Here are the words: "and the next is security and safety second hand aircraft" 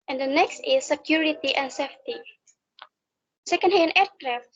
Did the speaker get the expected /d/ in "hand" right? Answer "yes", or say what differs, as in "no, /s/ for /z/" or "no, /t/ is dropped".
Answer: no, /d/ is dropped